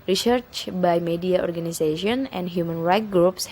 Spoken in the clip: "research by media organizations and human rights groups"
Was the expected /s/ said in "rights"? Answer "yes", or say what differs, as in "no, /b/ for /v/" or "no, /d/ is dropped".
no, /s/ is dropped